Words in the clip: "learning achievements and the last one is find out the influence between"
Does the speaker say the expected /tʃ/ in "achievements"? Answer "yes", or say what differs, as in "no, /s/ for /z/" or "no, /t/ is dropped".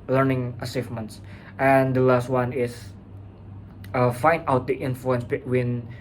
no, /s/ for /tʃ/